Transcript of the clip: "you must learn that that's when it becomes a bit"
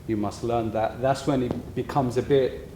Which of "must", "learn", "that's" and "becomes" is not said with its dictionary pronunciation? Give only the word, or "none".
none